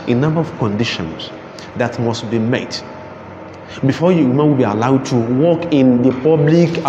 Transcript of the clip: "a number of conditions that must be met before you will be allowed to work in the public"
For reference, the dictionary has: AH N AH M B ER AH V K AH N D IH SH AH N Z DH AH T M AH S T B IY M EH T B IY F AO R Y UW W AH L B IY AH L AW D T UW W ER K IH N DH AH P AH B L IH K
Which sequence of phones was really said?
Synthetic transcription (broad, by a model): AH N AH M B ER AH V K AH N D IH SH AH N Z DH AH T M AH S T B IY M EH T B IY F AO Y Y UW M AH W B IY AH L AW D T UW W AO K IH N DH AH P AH B L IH K